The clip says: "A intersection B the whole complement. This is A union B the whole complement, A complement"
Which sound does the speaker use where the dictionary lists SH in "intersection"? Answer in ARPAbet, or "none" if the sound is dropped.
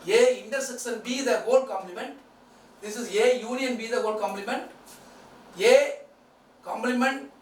S